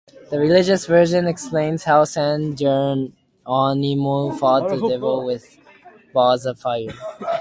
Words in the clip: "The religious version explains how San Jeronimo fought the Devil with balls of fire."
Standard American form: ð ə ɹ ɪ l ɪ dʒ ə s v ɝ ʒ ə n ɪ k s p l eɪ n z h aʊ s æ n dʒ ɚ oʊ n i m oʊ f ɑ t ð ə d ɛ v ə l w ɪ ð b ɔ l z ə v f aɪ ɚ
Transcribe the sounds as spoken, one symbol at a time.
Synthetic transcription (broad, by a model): ð ə ɹ ɪ l ɪ dʒ ə s v ɝ ʒ ə n ɪ k s p l eɪ n z h aʊ s æ n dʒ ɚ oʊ n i m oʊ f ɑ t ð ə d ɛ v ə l w ɪ ð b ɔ z ə v f aɪ ɚ